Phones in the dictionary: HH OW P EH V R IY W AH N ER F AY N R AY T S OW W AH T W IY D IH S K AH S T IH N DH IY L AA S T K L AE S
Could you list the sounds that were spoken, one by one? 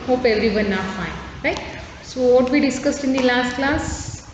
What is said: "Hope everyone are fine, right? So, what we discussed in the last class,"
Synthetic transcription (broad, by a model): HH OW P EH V R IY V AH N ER F AY N R AY T S OW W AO T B IY D IH S K AH S T IH N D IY L AA S T K L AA S